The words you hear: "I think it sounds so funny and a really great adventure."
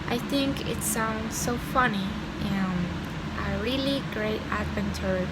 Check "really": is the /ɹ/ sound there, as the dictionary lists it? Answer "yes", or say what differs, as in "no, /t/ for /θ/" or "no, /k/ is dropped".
yes